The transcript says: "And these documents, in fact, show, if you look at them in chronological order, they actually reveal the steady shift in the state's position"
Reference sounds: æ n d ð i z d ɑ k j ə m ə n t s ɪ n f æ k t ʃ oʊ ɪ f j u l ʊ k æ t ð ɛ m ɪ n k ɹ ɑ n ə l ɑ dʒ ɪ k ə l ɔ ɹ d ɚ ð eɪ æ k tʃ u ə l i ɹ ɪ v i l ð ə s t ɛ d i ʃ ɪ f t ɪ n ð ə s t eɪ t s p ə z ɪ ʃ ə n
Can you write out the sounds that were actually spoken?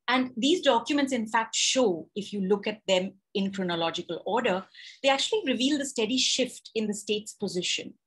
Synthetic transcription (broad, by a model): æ n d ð i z d ɑ k j ə m ə n t s ɪ n f æ k t ʃ oʊ ɪ f j u l ʊ k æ t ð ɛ m ɪ n k ɹ ɑ n ə l ɑ dʒ ɪ k ə l ɔ ɹ d ɚ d eɪ æ k tʃ u ə l i ɹ ɪ v i l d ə s t ɛ d i ʃ ɪ f t ɪ n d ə s t eɪ t s p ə z ɪ ʃ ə n